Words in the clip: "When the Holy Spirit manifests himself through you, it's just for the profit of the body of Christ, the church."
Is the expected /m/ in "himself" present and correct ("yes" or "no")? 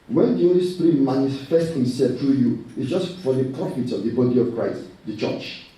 no